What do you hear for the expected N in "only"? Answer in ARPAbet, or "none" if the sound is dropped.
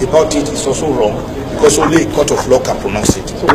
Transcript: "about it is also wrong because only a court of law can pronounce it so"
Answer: none